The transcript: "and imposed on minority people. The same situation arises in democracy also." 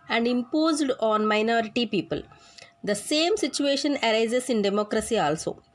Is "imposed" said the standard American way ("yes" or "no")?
yes